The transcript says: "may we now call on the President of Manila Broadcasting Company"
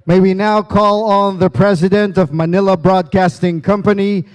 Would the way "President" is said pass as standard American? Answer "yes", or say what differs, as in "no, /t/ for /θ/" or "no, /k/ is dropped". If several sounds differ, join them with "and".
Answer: yes